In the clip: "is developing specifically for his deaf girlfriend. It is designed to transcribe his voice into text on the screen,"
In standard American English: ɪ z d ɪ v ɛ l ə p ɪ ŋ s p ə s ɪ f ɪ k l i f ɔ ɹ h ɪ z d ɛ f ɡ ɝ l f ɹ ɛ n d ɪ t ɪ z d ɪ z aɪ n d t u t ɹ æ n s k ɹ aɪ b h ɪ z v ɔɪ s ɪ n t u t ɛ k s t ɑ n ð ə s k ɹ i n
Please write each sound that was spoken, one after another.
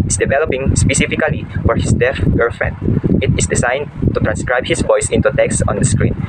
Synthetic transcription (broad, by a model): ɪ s d ɪ v ɛ l ə p ɪ ŋ s p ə s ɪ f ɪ k l i f ɔ ɹ h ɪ s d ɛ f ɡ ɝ f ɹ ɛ n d ɪ t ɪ s d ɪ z aɪ n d t u t ɹ æ n s k ɹ aɪ b h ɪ s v ɔɪ s ɪ n t u t ɛ k s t ɑ n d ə s k ɹ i n